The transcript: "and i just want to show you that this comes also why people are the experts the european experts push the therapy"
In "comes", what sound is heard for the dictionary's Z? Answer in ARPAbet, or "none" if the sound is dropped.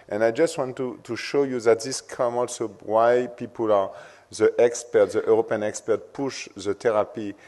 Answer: none